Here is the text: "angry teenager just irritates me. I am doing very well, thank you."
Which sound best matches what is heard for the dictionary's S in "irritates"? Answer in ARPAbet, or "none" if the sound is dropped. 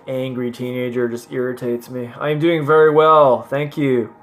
S